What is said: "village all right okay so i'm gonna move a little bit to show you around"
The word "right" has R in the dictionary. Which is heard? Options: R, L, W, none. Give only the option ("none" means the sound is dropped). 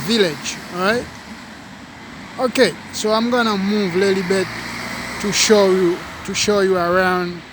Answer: R